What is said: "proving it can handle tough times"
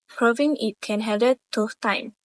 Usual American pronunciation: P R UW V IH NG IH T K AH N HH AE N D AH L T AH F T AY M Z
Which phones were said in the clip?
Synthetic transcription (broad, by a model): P R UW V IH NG IH T K AH N HH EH D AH T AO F T AY M